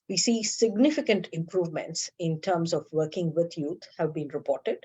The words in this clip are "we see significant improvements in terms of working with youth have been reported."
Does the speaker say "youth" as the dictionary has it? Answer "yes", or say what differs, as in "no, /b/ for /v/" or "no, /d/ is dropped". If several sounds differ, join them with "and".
no, /t/ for /θ/